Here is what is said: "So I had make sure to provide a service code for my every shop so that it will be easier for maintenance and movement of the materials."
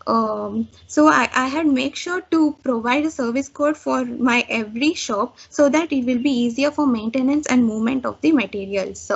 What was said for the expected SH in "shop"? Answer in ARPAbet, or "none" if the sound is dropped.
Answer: SH